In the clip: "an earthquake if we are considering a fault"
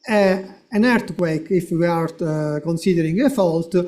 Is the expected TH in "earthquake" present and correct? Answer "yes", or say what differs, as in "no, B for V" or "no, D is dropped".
no, T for TH